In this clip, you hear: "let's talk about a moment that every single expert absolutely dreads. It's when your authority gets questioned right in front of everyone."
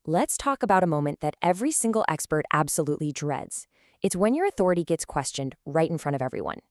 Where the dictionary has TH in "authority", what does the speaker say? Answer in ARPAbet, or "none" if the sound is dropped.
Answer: TH